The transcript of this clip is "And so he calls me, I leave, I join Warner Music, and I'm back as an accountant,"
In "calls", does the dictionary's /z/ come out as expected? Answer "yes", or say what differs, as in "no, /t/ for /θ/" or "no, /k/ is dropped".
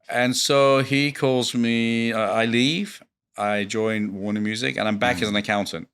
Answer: yes